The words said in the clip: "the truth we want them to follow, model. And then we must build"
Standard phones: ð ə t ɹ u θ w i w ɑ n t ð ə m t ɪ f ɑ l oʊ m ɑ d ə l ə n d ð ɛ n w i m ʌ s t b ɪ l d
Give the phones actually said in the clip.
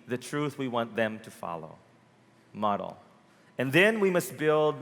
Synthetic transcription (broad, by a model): ð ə t ɹ u θ w i w ɑ n ð ə m t ɪ f ɑ l oʊ m ɑ d l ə n ð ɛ n w i m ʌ s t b ɪ l d